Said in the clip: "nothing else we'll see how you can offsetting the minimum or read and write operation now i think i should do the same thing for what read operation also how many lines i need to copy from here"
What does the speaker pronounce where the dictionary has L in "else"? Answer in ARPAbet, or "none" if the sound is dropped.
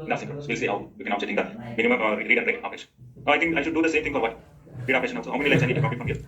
none